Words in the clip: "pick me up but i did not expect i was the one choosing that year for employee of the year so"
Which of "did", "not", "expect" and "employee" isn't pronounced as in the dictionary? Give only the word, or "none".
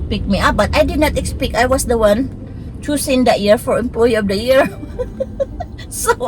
expect